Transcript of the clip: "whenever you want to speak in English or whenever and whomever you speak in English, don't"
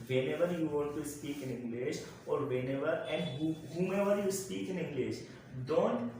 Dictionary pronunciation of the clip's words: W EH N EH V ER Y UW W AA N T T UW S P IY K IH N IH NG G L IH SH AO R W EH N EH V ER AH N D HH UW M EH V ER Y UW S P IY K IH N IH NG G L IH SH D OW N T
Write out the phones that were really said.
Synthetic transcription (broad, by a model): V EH N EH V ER Y UW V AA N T T UW S P IY K IH N IH NG G L IH SH AO R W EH N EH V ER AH N D HH UW M EH V ER Y UW S P IY K IH N IH NG G L IH SH D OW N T